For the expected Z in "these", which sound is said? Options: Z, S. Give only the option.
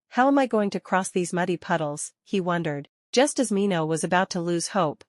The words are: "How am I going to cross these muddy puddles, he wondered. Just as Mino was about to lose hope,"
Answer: Z